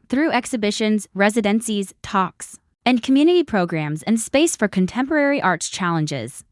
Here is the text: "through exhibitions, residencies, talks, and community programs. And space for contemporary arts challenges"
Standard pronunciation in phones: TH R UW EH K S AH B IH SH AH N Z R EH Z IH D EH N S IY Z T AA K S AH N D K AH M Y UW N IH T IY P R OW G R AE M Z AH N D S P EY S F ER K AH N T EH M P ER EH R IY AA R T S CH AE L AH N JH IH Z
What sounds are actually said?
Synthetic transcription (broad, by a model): TH R UW EH K S AH B IH SH AH N Z R EH Z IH D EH N S IY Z T AA K S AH N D K AH M Y UW N IH T IY P R OW G R AE M Z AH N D S P EY S F ER K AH N T EH M P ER EH R IY AA R T S CH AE L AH N JH IH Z